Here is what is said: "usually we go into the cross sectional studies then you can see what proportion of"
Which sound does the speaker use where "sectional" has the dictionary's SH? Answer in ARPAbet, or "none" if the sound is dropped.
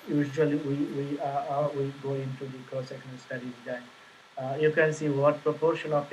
none